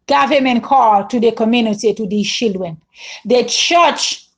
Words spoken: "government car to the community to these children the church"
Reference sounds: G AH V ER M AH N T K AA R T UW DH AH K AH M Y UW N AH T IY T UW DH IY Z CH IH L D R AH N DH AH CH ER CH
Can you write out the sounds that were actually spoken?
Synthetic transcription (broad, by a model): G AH V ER M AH N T K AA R T UW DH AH K AH M Y UW N AH T IY T UW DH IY CH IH L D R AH N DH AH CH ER CH